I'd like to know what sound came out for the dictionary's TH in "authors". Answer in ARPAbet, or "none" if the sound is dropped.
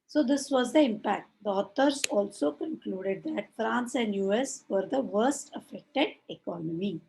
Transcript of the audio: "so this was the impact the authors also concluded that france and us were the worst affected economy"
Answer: T